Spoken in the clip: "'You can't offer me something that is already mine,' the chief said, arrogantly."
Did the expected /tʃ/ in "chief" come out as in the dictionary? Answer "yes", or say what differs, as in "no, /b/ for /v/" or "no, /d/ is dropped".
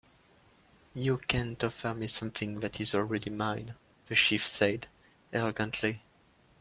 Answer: no, /ʃ/ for /tʃ/